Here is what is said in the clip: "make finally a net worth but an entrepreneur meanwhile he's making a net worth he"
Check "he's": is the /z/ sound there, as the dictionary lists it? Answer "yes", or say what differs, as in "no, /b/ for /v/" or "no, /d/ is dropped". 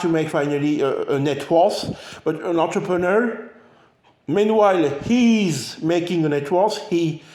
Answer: yes